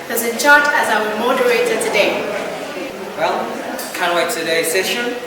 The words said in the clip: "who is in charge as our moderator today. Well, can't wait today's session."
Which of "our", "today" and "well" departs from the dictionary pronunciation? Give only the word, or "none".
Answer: our